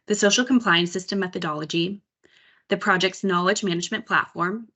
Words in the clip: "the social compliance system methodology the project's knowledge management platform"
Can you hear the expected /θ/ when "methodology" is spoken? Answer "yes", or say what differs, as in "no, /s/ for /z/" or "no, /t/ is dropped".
yes